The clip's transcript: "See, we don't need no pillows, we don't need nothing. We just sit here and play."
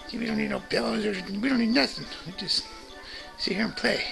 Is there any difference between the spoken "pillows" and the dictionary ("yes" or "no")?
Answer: yes